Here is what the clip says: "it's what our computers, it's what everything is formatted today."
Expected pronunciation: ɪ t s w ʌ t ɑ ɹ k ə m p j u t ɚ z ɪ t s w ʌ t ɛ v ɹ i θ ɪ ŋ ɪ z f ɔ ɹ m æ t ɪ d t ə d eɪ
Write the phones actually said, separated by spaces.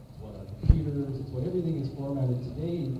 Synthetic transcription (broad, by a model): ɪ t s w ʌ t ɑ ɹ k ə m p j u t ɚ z ɪ t s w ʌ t ɛ v ɹ i θ ɪ ŋ ɪ z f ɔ ɹ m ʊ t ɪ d t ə d eɪ